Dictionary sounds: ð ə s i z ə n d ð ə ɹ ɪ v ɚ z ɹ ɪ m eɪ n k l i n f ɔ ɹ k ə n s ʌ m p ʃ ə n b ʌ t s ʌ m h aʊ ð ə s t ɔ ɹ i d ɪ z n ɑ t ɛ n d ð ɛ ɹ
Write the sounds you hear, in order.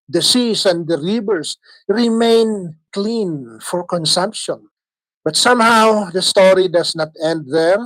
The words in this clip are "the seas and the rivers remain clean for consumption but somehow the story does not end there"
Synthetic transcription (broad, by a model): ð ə s i s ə n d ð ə ɹ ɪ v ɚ s ɹ ɪ m eɪ n k l i n f ɔ ɹ k ə n s ʌ m p ʃ ə n b ʌ t s ʌ m h aʊ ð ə s t ɔ ɹ i d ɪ s n ɑ t ɛ n d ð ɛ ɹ